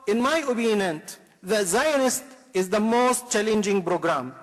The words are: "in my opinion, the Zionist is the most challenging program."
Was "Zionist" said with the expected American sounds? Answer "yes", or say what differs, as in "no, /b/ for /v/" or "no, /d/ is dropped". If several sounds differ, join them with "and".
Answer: yes